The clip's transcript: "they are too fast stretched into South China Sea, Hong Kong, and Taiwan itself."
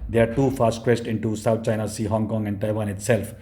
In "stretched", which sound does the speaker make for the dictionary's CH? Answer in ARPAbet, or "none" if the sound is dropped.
S